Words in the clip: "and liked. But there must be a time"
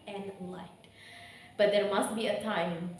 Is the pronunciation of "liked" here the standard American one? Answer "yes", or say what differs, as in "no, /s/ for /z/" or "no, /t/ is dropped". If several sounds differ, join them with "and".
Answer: no, /k/ is dropped